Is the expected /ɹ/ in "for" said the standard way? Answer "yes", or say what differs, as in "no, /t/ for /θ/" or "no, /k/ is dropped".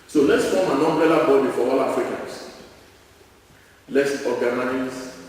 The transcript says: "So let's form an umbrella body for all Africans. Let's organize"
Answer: no, /w/ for /ɹ/